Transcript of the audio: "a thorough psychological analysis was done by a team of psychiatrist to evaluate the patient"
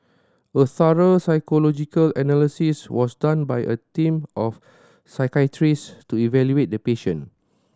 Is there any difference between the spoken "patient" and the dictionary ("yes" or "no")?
yes